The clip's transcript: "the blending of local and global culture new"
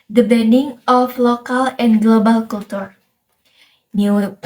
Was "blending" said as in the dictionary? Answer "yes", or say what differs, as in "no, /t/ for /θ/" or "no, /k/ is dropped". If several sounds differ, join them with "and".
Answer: no, /l/ is dropped